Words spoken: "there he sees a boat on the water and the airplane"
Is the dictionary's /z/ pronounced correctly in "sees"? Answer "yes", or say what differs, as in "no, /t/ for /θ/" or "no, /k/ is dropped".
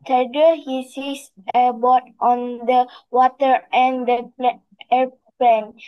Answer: no, /s/ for /z/